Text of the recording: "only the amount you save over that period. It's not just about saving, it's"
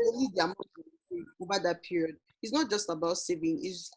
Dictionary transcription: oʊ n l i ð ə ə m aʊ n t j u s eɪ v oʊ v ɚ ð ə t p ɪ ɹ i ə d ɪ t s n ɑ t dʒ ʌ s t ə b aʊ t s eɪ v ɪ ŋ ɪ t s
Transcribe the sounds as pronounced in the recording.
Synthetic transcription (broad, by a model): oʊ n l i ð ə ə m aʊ t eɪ oʊ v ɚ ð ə t p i ɹ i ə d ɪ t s n ɑ t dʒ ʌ s t ə b aʊ t s eɪ v ɪ ŋ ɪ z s